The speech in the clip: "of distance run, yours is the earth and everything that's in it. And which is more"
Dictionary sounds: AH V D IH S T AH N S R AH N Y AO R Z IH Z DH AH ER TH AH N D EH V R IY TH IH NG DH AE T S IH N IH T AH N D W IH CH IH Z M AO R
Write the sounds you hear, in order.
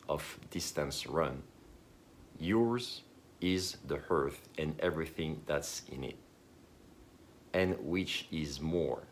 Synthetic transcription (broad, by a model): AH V D IH S T AH N S R AH N Y AO R Z IH Z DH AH ER TH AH N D EH V R IY TH IH NG DH AE T S IH N IH T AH N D W IH CH IH Z M AO R